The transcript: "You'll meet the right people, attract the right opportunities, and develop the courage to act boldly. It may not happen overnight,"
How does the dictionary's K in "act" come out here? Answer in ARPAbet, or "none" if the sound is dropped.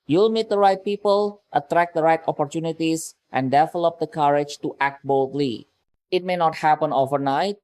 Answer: K